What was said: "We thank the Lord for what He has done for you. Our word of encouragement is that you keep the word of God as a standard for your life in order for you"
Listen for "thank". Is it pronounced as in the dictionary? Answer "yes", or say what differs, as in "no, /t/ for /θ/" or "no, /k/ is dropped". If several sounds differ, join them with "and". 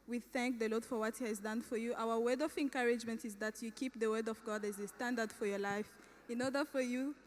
yes